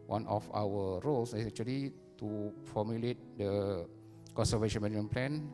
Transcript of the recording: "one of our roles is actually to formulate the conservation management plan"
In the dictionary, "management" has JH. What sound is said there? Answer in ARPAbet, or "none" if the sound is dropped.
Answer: none